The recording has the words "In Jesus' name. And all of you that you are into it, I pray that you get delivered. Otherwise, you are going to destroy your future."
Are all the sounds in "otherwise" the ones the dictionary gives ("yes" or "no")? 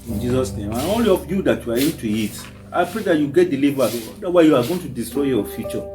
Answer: no